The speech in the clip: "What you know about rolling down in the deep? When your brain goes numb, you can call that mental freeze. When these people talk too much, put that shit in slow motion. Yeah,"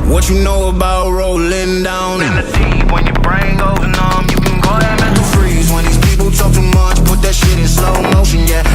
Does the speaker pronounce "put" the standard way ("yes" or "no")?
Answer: yes